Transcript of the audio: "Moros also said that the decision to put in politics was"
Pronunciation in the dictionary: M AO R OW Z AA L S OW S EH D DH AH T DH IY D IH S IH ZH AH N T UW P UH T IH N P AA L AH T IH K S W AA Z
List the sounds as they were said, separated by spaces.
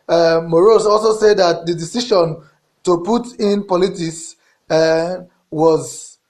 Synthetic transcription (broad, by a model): M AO R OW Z AA L S OW S EH D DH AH T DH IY D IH S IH SH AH N T UW P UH T IH N P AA L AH T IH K S W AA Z